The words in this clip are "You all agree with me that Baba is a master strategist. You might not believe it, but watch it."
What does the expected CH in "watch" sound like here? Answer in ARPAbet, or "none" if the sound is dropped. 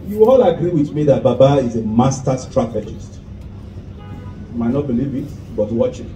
CH